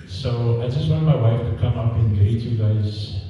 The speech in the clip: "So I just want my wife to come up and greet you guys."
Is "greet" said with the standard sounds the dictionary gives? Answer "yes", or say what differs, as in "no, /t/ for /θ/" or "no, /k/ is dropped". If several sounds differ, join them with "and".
no, /ɹ/ is dropped